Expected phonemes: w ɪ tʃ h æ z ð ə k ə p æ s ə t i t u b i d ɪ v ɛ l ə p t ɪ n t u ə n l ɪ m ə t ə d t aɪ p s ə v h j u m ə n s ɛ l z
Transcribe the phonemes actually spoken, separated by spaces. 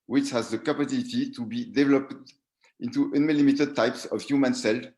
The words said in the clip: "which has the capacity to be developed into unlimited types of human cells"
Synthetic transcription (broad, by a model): w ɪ tʃ h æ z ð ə k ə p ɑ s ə t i t u b i d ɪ v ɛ l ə p t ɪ n t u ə n l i m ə t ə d t aɪ p s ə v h j u m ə n s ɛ l